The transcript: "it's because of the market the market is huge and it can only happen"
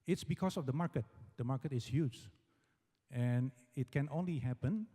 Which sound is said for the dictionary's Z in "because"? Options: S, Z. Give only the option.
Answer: S